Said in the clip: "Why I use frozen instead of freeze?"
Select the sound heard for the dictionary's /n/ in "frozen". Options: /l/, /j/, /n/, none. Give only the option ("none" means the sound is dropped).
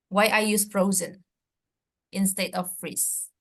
/n/